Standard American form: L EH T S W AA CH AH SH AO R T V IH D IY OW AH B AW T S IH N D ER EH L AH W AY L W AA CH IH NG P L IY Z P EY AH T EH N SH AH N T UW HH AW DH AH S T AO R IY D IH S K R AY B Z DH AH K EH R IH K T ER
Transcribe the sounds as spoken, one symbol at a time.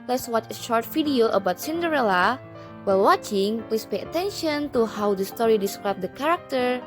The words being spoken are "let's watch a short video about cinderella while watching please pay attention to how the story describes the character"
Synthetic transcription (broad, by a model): L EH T S W AA CH AH SH AO R T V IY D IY OW AH B AW T S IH N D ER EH L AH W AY L W AA CH IH NG P L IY S P EY AH T EH N SH AH N T UW HH AW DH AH S T AO R IY D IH S K R AY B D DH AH K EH R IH K T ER